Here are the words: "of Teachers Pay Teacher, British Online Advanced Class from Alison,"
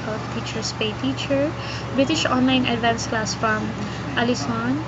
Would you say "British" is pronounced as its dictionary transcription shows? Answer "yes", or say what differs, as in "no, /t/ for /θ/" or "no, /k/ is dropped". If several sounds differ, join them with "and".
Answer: yes